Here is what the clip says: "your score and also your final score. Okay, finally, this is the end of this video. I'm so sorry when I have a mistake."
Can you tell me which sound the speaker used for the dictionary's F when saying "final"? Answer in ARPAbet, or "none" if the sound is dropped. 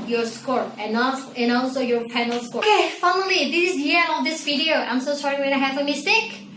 P